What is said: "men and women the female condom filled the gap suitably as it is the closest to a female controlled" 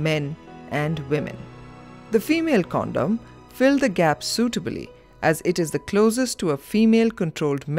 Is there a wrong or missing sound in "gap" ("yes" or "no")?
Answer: no